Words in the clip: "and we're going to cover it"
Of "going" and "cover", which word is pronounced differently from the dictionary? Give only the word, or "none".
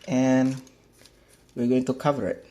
none